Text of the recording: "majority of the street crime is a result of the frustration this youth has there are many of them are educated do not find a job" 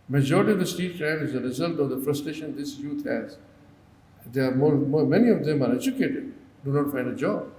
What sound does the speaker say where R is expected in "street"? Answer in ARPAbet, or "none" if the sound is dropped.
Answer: none